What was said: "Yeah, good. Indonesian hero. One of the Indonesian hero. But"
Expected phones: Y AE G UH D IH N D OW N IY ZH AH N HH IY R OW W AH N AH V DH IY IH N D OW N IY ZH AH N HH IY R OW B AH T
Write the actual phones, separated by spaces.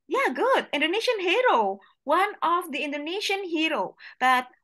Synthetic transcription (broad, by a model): Y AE G UH D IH N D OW N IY SH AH N HH IY R OW W AH N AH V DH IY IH N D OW N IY SH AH N HH IY R OW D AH T